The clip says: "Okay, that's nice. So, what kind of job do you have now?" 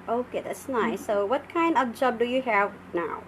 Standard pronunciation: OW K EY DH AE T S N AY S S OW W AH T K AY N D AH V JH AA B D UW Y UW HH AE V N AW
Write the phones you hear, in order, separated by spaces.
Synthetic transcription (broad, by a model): OW K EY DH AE T S N AY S S OW W AH T K AY N D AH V JH AA B D UW Y UW HH AE V N AW